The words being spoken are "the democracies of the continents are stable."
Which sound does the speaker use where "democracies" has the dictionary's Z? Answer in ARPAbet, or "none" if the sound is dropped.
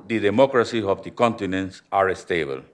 none